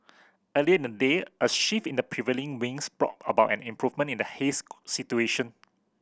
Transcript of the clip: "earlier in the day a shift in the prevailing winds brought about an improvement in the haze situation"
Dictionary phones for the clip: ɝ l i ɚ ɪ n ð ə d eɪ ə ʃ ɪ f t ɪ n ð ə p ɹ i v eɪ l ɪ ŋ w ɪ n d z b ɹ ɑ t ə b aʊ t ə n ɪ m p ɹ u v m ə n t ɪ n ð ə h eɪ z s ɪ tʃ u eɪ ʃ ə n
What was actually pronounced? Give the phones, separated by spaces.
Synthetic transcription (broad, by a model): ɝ l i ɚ ɪ n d ə d eɪ ə ʃ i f ɪ n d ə p ɹ i v eɪ l ɪ ŋ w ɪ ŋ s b ɹ ɑ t ə b aʊ t ə n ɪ m p ɹ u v m ə n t ɪ n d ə h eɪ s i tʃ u eɪ ʃ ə n